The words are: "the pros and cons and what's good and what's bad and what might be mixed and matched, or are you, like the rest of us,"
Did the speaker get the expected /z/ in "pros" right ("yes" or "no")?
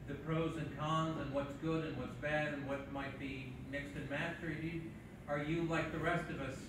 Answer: yes